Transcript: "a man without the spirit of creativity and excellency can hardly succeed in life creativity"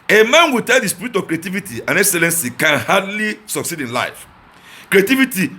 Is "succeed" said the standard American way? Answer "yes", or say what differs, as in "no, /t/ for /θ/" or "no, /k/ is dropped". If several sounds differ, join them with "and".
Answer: yes